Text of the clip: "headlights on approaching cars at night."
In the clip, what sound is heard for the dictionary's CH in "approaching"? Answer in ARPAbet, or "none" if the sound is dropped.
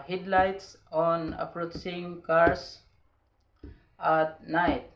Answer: S